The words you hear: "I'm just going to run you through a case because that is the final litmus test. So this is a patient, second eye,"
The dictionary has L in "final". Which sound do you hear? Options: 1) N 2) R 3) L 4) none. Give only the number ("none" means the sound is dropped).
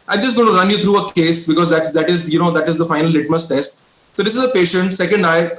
3